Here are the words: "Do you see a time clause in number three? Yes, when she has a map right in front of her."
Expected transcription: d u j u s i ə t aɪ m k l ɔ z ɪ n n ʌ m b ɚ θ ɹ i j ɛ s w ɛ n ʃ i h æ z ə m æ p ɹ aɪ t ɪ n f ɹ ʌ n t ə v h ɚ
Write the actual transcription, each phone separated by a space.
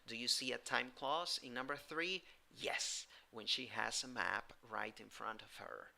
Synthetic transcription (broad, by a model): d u j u s i ə t aɪ m k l ɔ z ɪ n n ʌ m b ɚ θ ɹ i j ɛ s w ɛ n ʃ i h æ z ə m æ p ɹ aɪ t ɪ n f ɹ ʌ n t ə v h ɚ